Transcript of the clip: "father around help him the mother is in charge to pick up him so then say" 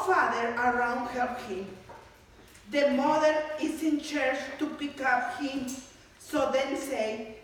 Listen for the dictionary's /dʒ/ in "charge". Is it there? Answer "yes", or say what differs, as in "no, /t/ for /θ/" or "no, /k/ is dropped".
no, /tʃ/ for /dʒ/